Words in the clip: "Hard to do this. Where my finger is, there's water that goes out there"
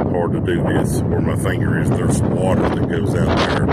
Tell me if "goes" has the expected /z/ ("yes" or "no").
yes